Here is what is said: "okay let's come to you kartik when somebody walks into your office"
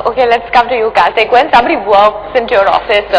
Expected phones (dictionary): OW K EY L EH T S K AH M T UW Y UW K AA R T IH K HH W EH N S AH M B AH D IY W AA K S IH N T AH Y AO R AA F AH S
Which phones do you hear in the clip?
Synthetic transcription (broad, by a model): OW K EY L EH T S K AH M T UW Y UW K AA L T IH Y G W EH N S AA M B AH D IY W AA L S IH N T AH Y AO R AA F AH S